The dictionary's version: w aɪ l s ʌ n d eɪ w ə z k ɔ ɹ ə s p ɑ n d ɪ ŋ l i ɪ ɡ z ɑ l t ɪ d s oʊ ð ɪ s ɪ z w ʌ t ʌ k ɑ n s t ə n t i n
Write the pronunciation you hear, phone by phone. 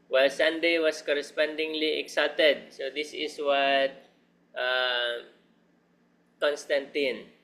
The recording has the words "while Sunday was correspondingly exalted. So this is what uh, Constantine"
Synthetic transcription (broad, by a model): w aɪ l s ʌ n d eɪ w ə s k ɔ ɹ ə s p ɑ n d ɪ ŋ l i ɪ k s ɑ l t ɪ d s oʊ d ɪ s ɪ s w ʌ t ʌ k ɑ n s t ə n t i n